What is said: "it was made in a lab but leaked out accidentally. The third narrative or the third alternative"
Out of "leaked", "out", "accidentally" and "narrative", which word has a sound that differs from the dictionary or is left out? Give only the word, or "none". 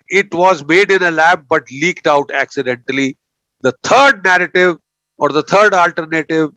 none